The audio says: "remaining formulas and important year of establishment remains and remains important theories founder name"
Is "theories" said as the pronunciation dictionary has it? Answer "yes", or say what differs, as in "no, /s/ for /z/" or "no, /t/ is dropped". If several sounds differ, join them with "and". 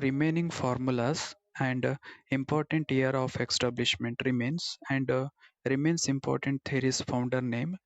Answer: no, /t/ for /θ/